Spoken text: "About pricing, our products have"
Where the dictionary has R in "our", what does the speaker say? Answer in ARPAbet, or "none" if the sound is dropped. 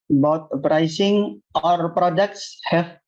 R